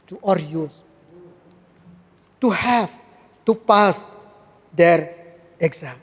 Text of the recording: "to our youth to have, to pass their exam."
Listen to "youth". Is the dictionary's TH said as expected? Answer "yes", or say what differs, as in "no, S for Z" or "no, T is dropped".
no, S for TH